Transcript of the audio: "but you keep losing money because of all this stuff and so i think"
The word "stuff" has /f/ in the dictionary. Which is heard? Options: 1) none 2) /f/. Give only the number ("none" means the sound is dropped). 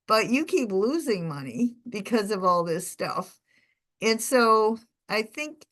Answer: 2